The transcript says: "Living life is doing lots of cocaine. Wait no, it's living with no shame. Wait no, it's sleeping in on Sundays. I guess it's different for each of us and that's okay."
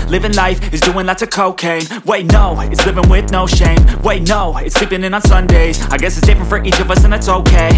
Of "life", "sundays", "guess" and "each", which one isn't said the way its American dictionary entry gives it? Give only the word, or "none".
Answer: none